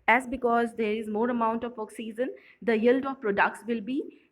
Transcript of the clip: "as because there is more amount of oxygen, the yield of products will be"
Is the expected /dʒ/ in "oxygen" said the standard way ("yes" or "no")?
no